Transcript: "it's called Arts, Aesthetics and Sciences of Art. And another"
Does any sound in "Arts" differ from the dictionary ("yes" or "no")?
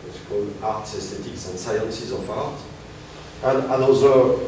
no